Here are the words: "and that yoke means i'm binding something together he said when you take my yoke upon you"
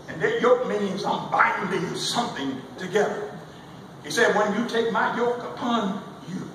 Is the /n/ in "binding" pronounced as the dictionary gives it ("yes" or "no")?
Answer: no